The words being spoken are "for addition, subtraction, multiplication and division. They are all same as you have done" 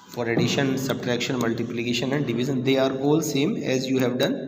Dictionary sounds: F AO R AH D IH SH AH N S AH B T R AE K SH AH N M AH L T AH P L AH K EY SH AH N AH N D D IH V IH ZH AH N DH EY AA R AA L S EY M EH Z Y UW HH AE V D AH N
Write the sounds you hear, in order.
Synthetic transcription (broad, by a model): F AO R AH D IH SH AH N S AH B T R AE K SH AH N M AH L T AH P L AH K EY SH AH N AH N D D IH V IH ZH AH N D EY AA R AA L S EY M EH Z Y UW HH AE V D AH N